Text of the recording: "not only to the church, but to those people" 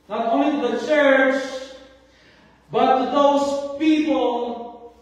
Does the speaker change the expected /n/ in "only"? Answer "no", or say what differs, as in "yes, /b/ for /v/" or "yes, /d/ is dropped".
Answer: yes, /n/ is dropped